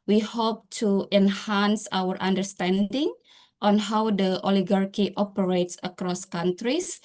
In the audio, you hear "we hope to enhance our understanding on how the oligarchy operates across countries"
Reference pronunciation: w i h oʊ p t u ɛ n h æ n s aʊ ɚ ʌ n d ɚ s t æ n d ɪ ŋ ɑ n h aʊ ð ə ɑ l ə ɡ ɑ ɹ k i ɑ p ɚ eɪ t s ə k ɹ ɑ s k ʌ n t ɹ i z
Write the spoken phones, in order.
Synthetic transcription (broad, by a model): w i h oʊ p t u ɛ n h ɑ n s aʊ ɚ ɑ n d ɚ s t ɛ n d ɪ ŋ ɑ n h aʊ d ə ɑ l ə ɡ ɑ ɹ k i ɑ p ɚ eɪ t s ə k ɹ ɑ s k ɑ n t ɹ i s